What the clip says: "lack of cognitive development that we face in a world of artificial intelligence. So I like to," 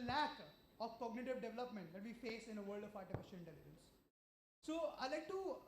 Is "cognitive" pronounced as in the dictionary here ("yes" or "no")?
yes